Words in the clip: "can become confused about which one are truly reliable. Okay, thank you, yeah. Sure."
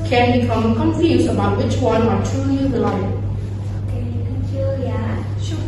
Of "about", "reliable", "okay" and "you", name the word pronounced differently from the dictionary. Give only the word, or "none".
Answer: reliable